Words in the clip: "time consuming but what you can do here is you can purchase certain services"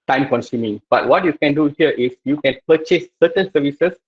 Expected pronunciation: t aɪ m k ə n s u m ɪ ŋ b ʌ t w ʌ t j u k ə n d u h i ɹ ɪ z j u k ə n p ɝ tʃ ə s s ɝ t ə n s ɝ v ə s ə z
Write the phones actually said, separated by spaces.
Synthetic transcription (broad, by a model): t aɪ m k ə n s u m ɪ ŋ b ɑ t w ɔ t j u k ə n d u h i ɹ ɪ s j u k ə n p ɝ tʃ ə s s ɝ t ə n s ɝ v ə s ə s